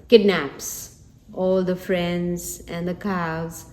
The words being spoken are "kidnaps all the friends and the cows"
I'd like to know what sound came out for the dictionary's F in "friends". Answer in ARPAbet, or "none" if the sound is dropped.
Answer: F